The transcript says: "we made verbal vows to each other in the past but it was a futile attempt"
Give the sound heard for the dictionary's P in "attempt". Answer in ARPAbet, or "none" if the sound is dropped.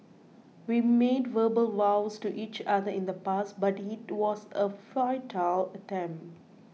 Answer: P